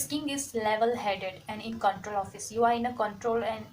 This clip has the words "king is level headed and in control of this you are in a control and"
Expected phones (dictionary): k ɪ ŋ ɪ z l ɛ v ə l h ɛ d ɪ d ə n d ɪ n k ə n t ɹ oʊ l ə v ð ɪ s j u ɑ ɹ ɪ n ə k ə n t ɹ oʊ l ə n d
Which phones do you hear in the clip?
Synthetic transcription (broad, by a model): k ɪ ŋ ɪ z l ɛ v ə l h ɛ d ɪ d ə n d ɪ n k ə n t ɹ oʊ l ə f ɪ s j u ɑ ɹ ɪ n ə k ə n t ɹ oʊ l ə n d